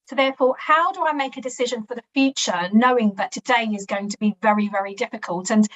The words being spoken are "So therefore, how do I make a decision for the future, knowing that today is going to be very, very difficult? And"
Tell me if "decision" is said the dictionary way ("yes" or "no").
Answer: yes